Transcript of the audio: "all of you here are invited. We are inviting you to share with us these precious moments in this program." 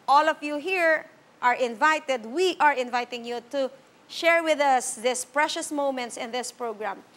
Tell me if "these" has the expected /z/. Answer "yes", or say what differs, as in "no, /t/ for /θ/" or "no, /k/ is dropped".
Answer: no, /s/ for /z/